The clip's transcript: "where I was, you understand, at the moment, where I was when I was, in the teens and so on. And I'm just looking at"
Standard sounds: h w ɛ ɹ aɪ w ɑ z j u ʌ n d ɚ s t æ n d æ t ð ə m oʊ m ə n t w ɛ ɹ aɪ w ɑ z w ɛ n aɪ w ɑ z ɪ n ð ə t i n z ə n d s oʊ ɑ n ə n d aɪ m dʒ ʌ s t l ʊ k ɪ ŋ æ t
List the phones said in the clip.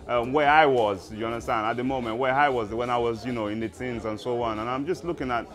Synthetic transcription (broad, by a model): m w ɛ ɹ aɪ w ɑ z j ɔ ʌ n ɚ t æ n æ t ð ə m oʊ m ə n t w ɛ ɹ aɪ w ɑ z w ɛ n aɪ w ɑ z ɪ n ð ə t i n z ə n s oʊ ɑ n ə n aɪ m dʒ ʌ s t l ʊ k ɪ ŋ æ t